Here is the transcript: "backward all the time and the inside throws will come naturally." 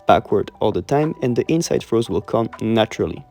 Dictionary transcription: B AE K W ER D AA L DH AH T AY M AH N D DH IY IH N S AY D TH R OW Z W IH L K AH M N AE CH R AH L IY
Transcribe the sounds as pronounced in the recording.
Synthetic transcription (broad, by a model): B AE K W ER D AA L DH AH T AY M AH N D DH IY IH N S AY D F R OW Z W IH L K AH M N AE CH R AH L IY